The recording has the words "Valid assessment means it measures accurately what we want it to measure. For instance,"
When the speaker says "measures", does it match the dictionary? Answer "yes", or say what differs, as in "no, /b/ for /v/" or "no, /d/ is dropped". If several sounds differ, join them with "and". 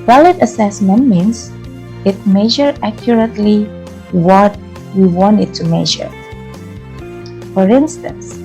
no, /z/ is dropped